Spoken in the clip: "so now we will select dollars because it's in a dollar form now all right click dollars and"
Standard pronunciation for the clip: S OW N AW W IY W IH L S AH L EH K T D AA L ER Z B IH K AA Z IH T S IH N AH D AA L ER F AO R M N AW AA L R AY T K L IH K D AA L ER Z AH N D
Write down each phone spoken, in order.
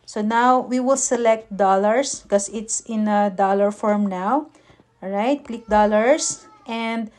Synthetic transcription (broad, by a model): S OW N AW W IY W IH L S AH L EH K T D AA L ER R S K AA S IH T S IH N AH D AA L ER F AO R M N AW AA W R AY T K L IH K D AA L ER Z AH N D